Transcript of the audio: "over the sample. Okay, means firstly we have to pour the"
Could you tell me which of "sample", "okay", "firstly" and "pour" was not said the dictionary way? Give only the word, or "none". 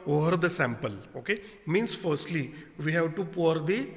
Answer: none